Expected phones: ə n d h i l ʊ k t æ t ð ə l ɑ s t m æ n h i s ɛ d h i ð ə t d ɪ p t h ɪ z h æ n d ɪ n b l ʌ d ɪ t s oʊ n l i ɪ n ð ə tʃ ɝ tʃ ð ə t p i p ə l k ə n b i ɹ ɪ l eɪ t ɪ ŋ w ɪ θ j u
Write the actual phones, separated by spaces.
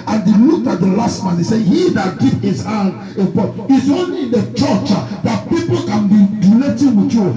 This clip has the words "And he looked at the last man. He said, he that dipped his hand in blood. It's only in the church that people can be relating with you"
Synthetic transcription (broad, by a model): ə n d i l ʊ k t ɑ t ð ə l ɑ s t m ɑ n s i s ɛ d h i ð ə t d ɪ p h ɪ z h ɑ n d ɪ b ɔ ɪ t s oʊ n l i ɪ n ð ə tʃ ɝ tʃ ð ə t p i p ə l k ə n b i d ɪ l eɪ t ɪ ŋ w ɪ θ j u